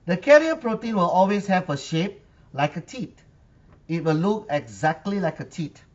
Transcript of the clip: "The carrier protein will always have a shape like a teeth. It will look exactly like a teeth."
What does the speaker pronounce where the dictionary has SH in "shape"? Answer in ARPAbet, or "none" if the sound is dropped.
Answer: SH